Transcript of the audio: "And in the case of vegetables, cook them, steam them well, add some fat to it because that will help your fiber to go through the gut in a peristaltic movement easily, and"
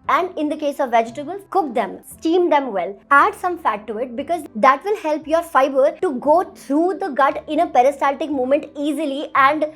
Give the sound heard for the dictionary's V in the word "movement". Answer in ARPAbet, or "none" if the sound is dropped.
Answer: none